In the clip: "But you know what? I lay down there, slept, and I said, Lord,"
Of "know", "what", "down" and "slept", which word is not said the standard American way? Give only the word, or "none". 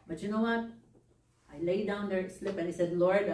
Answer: slept